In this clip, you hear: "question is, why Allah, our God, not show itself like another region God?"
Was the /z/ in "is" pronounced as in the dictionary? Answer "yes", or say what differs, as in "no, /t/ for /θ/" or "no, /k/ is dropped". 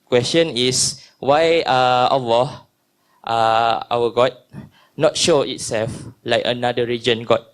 no, /s/ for /z/